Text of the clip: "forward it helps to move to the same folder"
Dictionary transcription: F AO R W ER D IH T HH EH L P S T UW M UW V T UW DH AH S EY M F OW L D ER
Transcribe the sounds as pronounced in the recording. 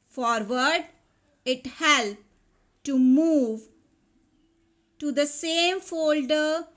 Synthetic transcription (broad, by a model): F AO R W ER D IH T HH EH L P T UW M UW V T UW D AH S EY M F OW L D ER